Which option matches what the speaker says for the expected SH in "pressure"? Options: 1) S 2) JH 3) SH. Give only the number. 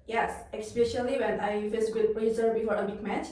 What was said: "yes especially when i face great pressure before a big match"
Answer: 1